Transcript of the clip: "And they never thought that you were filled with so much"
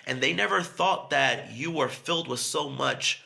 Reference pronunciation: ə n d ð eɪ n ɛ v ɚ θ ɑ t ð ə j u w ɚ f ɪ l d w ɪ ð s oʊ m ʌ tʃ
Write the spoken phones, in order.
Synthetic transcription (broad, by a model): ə n ð eɪ n ɛ v ɚ θ ɑ t ð ə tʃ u w ɚ f ɪ l d w ɪ ð s oʊ m ʌ tʃ